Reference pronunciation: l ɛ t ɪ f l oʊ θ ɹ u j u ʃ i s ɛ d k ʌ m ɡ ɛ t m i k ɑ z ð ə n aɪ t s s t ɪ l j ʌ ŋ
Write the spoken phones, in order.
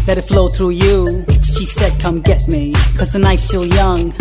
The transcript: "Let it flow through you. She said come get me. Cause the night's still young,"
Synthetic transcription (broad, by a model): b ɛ t ɪ f l oʊ θ ɹ u j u ʃ i s ɛ d k ʌ m ɡ ɛ t m i k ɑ z ð ə n aɪ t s s t ɪ l j ʌ ŋ